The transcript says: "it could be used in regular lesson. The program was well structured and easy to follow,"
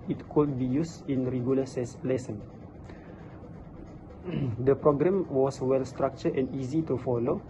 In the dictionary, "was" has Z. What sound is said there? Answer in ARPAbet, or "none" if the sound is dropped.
S